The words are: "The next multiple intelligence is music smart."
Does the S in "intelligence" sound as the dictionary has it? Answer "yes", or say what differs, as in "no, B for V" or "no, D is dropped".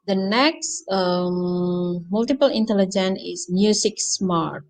no, S is dropped